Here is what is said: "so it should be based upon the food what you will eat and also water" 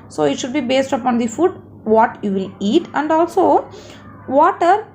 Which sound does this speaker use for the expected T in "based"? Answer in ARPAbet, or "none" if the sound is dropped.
T